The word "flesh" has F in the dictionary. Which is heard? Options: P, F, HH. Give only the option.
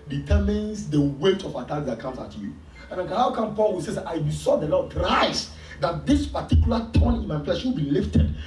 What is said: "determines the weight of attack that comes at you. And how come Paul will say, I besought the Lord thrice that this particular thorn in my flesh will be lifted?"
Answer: P